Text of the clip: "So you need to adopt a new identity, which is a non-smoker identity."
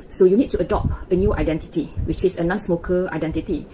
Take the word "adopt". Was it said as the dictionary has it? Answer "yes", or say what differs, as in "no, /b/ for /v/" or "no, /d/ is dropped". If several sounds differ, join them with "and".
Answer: no, /t/ is dropped